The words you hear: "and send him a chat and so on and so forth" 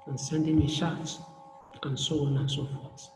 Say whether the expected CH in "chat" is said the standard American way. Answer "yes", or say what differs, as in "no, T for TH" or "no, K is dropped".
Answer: no, SH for CH